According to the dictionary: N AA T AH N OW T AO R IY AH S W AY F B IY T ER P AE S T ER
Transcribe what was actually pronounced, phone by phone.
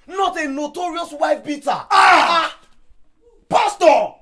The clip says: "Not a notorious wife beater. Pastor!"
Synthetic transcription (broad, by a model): N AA T AH N OW T AO R IY AH S W AY F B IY T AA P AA S T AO